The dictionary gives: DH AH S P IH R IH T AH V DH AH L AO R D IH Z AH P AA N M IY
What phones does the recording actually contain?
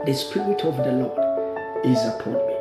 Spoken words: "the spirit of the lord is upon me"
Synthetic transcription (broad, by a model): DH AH S P IH R IH T AH V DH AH L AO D IH Z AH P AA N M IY